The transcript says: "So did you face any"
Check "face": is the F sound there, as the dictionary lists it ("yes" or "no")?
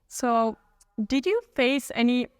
yes